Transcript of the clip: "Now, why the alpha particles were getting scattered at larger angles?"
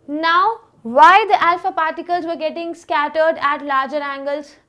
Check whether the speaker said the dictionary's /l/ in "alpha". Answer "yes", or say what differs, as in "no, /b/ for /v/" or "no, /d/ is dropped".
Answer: yes